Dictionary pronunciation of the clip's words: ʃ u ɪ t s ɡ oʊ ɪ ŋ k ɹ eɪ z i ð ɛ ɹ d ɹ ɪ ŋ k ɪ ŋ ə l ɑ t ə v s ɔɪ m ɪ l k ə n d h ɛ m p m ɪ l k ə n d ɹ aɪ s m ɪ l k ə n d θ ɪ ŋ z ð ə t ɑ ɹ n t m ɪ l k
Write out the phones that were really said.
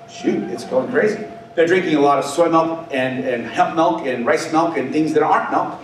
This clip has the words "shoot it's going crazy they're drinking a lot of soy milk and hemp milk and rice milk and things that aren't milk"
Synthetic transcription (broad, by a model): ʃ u ɪ t s ɡ oʊ ɪ ŋ k ɹ eɪ z i ð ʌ ɹ d ɹ ɪ ŋ k ɪ ŋ ə l ɑ t ə v s ɔɪ m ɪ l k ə n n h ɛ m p m ɪ l k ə n ɹ aɪ s m ɪ l k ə n θ ɪ ŋ z ð ə t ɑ ɹ t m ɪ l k